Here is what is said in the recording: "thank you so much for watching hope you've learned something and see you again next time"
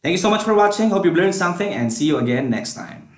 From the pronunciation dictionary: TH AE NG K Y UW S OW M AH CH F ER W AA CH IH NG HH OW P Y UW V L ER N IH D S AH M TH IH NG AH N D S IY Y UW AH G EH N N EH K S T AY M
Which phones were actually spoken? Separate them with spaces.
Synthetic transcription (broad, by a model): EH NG K Y UW S OW M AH CH F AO W AA CH IH NG HH OW P Y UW B L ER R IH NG S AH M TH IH NG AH N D S IY Y UW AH G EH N N EH K S T AY M